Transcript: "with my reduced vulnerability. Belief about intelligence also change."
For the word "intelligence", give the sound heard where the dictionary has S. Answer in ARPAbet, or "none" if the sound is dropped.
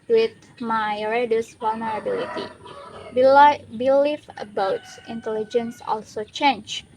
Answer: S